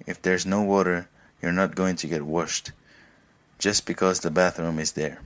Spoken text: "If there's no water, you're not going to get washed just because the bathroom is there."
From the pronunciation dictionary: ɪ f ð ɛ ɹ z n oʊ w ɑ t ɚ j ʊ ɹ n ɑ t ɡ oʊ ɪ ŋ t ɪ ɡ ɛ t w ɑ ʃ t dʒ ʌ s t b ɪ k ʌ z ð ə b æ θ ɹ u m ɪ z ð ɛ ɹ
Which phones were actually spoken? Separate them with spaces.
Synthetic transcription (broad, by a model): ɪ f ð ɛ ɹ z n oʊ w ɑ t ɚ j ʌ ɹ n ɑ t ɡ oʊ ɪ ŋ t ɪ ɡ ɛ t w ɑ ʃ t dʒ ʌ s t b ɪ k ʌ z ð ə b æ θ ɹ u m ɪ z ð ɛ ɹ